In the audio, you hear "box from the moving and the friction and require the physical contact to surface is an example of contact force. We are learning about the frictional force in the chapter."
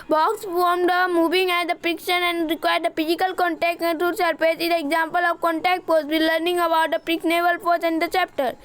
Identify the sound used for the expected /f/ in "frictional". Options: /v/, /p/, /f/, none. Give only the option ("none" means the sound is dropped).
/p/